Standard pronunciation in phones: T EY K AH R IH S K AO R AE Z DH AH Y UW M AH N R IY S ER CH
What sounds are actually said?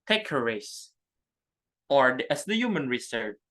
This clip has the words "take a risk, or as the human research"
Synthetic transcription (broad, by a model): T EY K AH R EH S AO R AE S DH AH Y UW M AH N R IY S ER